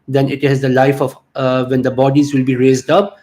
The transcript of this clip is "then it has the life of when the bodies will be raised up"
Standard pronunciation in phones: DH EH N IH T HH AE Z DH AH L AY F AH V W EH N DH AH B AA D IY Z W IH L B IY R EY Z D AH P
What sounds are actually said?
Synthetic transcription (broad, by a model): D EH N IH T HH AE Z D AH L AY F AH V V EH N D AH B AA D IY Z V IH L B IY R EY Z D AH P